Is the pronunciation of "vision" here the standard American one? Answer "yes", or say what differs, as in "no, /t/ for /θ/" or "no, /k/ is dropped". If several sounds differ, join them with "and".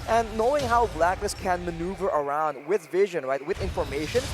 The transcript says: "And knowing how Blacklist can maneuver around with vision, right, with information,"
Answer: yes